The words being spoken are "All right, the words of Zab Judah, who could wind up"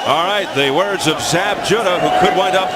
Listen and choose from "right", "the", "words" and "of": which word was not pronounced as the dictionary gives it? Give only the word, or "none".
none